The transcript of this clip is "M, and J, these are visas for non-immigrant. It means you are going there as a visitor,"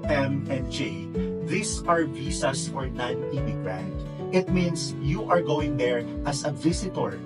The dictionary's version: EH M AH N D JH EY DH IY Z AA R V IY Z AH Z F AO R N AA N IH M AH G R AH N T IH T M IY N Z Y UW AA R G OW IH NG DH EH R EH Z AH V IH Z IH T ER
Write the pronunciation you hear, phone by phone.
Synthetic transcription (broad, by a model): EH M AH N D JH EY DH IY S AA R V IY S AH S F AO R N AA N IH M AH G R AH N T IH T M IY N S Y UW AA R G OW IH NG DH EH R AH S AH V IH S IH T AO